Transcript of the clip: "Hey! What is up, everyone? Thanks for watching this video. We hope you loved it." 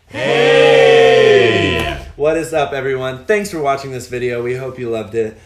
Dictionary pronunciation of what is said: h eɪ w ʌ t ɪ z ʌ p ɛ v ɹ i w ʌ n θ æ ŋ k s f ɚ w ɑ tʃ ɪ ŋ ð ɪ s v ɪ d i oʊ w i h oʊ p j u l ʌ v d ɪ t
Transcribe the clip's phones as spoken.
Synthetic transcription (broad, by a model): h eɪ w ʌ t ɪ z ʌ p ɛ v ɹ i w ʌ n θ æ ŋ k s f ɚ w ɑ tʃ ɪ ŋ ð ɪ s v ɪ d i oʊ w i h oʊ p j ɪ l ʌ v d ɪ t